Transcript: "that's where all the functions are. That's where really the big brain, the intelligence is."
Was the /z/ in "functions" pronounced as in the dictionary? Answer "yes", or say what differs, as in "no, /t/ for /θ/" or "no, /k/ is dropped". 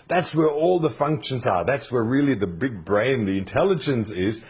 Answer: yes